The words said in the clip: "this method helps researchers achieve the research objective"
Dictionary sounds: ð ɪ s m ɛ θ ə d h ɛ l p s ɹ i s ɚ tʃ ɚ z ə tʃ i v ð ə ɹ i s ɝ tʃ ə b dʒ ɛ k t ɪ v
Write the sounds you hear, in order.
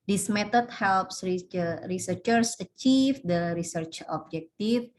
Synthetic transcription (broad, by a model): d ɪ s m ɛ t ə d h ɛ l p s ɹ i s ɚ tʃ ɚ s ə tʃ i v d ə ɹ i s ɝ tʃ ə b dʒ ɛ k t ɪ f